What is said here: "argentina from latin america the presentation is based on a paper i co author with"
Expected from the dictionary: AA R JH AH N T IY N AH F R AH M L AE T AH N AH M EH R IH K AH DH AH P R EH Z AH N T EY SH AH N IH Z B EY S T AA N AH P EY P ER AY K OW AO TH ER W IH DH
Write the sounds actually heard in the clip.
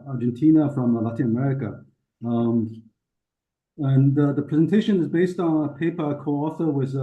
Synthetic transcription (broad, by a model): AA R JH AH N T IY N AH F R AH M L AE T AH N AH M EH R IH K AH DH AH P R EH Z AH N T EY SH AH N IH Z B EY S T N AH P EY P ER K OW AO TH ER W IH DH